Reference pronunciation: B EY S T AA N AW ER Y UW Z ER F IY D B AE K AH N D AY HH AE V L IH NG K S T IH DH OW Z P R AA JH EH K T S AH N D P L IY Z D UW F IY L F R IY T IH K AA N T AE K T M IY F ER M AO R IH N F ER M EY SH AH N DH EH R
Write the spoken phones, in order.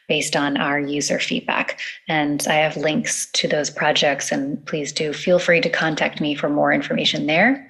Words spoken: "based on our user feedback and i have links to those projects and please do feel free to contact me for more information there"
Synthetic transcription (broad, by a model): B EY S T N AW ER Y UW Z ER F IY D B AE K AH N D AY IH V L IH NG K S T IH DH OW Z P R AA JH EH K T S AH N P L IY Z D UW F IY L F R IY T IH K AA N T AE K T M IY F ER M AO R IH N F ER M EY SH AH N DH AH R